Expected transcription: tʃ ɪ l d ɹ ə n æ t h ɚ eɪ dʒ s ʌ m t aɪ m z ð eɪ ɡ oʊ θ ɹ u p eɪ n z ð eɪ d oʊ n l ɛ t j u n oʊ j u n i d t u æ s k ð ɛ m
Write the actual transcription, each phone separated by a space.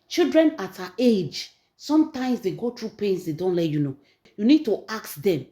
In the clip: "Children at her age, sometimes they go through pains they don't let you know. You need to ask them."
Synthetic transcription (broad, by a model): tʃ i l d ɹ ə n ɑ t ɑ eɪ dʒ s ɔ m t aɪ m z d eɪ ɡ oʊ t ɹ u p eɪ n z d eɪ d oʊ n l ɛ t j u n oʊ j u n i d t u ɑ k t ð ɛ m